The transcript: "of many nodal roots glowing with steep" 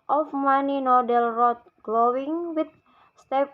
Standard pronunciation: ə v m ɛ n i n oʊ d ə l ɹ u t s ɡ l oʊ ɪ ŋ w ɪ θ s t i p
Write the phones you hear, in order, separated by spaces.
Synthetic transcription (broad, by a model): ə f m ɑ n i n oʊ d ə l ɹ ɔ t ɡ l oʊ ɪ ŋ w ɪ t s t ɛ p